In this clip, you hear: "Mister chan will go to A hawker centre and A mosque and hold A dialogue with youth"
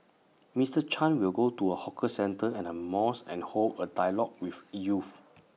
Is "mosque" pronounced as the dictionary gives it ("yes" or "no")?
no